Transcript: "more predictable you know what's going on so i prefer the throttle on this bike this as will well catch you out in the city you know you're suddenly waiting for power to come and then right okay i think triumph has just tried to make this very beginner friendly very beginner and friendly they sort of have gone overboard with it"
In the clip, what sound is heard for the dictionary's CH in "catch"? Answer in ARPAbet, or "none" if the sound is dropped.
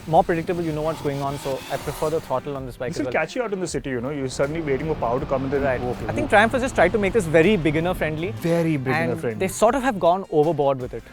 CH